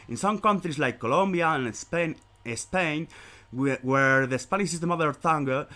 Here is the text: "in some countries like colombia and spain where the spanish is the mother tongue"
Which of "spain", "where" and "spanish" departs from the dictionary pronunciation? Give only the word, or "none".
spanish